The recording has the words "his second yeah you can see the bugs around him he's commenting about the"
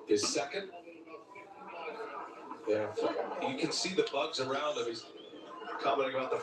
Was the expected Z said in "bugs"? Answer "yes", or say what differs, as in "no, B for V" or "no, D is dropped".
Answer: yes